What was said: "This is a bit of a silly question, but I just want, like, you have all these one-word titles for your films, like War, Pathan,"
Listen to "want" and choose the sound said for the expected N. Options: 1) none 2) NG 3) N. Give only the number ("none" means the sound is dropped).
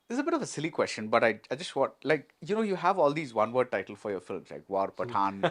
1